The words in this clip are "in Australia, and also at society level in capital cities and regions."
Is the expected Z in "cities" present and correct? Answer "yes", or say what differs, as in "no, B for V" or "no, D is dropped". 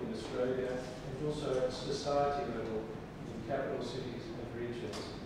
yes